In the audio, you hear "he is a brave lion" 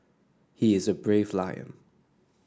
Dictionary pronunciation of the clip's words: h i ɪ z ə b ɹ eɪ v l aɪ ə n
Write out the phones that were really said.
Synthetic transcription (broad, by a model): h i ɪ z ə b ɹ eɪ v l aɪ ə n